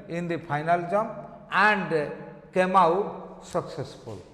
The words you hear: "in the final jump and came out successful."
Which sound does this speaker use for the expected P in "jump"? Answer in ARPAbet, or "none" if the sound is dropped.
none